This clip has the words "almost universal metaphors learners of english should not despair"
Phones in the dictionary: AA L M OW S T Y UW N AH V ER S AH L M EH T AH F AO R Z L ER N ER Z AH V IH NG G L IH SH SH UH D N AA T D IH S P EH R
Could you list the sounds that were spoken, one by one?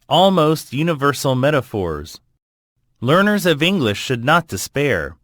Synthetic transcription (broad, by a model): AA L M OW S T Y UW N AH V ER S L M EH T AH F AO R Z L ER N ER Z AH V IH NG G L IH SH SH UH D N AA T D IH S P EH R